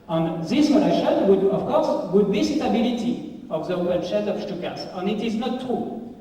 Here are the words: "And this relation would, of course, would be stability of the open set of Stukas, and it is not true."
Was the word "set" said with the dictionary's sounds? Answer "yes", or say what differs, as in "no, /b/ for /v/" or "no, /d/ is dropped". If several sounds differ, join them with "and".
no, /ʃ/ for /s/